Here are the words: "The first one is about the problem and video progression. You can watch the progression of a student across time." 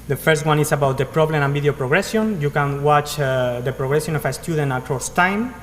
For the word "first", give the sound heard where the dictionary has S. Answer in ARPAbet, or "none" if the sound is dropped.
S